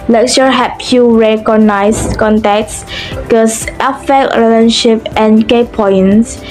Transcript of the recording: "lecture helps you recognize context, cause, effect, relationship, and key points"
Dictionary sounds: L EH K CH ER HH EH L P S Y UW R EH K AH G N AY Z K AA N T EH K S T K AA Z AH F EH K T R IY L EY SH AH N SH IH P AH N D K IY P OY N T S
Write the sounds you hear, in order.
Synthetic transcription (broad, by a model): L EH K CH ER HH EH P Y UW R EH K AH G N AY S K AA N T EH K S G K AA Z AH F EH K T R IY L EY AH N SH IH P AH N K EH P OY N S